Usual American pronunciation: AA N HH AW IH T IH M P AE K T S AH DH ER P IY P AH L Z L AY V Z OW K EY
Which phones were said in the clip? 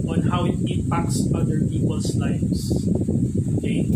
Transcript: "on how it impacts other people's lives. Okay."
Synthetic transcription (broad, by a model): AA N HH AW IH T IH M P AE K T S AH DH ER P IY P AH L S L AY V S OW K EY